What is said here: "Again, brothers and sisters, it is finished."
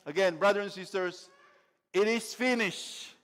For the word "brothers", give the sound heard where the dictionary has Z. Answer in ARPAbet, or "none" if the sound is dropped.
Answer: none